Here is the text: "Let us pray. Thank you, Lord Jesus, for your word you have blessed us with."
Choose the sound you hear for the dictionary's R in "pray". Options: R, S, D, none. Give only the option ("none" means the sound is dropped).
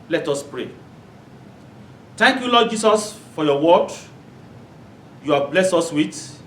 R